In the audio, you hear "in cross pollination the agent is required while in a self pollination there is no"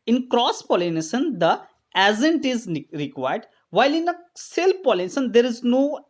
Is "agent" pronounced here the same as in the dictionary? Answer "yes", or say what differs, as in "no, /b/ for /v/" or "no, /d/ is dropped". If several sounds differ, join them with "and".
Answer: no, /z/ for /dʒ/